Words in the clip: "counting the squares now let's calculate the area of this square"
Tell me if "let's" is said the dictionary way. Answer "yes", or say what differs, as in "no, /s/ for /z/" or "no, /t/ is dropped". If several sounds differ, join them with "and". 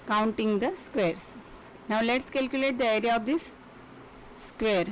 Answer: yes